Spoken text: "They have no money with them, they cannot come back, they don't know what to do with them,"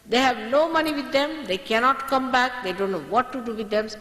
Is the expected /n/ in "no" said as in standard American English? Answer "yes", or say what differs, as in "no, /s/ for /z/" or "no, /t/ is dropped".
no, /l/ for /n/